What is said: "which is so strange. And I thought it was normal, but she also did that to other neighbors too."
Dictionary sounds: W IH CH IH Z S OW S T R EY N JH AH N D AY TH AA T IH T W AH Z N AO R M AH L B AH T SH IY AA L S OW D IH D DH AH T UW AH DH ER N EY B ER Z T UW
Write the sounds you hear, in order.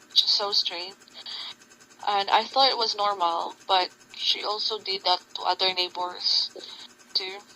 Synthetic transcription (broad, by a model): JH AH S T S OW S T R EY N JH AH N D AY TH AA T IH T W AH Z N AO R M AH L B AH T SH IY AA L S OW D IH D DH AH T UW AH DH ER N EY B ER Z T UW